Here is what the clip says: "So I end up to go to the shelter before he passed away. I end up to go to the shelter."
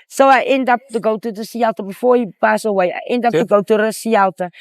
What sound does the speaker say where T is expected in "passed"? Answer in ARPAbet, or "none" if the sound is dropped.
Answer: none